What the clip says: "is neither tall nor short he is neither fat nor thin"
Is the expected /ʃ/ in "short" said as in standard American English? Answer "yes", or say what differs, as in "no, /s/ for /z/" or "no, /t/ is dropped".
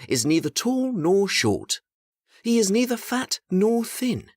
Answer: yes